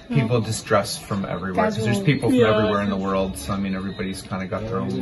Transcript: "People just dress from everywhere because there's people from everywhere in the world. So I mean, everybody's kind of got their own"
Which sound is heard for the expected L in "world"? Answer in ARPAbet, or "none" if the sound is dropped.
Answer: L